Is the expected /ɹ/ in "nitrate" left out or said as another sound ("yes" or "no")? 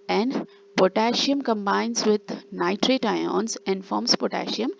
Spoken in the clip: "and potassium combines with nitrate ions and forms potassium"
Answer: no